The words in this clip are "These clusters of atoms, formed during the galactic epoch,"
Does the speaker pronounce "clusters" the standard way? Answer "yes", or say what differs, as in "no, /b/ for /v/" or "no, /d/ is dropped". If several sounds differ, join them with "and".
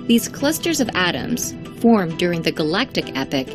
yes